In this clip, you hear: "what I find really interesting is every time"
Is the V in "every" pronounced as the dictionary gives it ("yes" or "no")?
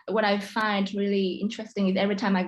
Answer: yes